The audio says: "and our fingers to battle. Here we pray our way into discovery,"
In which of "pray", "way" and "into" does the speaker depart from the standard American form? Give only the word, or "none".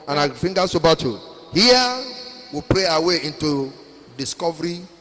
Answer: none